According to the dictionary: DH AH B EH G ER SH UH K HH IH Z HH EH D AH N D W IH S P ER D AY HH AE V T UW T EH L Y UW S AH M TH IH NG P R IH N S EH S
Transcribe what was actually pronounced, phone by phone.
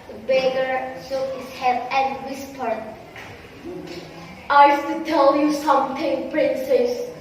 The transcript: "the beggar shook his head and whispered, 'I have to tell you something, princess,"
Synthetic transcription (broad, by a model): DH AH B EH G ER S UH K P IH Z HH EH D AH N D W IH S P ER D AY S T UW T EH L Y UW S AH M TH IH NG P R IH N S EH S